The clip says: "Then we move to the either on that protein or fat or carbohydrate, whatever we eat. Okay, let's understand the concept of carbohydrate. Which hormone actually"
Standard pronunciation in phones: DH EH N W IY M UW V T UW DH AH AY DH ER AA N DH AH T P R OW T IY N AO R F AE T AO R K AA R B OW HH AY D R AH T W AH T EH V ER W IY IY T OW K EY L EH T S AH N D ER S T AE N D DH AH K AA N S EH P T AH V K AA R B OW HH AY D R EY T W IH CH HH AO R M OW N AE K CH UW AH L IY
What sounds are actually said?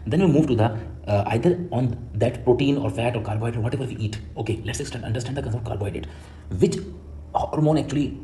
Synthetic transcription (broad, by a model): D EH N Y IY M UW V T UW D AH AY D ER AA N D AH T P R OW T IY N AO R F AE T AO R K AA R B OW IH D AH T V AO T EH V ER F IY IY T OW K EY L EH T S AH N D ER S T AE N D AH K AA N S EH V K AA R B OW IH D EY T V IH CH HH AO R M OW N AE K CH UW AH L IY